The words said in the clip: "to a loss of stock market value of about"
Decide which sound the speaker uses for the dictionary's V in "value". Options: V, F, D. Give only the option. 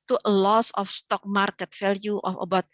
F